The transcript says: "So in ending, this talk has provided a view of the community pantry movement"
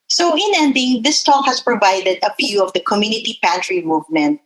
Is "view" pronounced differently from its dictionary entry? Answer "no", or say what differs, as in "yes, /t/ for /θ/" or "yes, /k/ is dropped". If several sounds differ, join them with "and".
yes, /p/ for /v/